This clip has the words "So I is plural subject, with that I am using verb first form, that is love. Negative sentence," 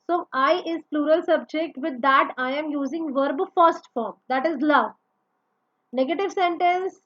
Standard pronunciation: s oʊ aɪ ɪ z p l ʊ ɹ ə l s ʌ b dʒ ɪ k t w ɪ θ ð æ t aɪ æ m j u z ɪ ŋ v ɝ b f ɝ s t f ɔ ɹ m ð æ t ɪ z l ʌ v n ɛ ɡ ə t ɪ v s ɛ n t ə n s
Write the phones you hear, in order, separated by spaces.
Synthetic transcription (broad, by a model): s oʊ aɪ ɪ z p l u ɹ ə l s ʌ b dʒ ɪ k t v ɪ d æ t aɪ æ m j u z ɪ ŋ v ɝ b f ɝ s t f ɔ ɹ m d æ t ɪ z l ʌ v n ɛ ɡ ə t ɪ v s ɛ n t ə n s